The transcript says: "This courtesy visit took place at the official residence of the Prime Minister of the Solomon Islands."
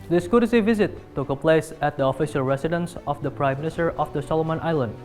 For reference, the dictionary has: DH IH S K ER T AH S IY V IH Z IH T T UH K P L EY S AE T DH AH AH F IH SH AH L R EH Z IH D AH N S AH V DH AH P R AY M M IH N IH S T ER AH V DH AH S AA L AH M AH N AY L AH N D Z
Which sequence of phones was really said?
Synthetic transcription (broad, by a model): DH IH S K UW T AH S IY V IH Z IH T T UH K P L EY S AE T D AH AH F IH SH AH L R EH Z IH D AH N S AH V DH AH P R AY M M IH N IH S T ER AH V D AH S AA L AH M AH N AY L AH N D